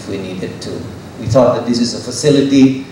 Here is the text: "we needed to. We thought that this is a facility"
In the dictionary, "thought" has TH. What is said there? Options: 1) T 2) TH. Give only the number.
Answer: 2